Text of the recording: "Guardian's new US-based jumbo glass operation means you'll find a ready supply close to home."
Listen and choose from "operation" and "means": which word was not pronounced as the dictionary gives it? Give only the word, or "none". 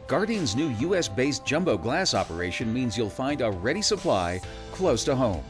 none